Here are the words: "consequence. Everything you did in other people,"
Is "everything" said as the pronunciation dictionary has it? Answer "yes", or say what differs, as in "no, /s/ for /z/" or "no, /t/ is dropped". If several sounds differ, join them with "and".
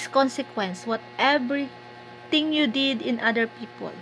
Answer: no, /t/ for /θ/